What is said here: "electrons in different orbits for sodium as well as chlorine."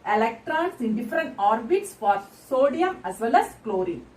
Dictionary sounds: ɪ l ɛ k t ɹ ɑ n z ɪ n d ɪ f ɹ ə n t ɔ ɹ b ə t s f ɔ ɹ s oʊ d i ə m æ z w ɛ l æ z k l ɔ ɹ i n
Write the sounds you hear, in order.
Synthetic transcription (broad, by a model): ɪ l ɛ k t ɹ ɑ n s ɪ n d ɪ f ɹ ə n t ɔ ɹ b ə t s f ɔ ɹ s oʊ d i ə m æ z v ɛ l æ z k l ɔ ɹ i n